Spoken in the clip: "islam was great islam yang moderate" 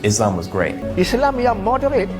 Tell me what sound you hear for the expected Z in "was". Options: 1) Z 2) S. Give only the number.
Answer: 1